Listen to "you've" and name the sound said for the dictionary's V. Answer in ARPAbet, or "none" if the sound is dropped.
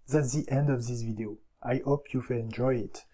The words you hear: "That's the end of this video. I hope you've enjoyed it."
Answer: F